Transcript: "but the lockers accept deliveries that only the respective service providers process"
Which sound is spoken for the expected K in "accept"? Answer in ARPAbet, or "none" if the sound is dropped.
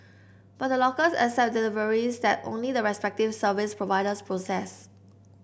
none